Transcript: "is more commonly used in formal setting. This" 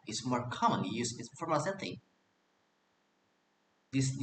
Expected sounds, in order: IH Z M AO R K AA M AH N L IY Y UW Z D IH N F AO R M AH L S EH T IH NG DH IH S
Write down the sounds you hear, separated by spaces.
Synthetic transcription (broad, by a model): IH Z M AO R K AA M AH N L IY Y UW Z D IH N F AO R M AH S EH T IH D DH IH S